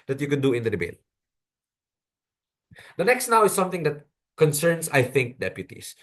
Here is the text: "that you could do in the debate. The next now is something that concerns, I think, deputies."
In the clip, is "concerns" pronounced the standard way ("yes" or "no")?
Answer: no